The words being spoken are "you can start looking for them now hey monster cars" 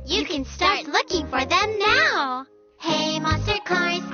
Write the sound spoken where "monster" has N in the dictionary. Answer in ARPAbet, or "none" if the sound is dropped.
none